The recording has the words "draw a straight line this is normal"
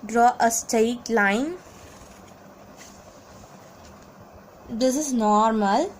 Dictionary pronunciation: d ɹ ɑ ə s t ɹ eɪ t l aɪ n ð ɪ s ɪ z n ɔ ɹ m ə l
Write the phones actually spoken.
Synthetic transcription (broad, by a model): d ɹ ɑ ə s t eɪ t l aɪ n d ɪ s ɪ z n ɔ ɹ m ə l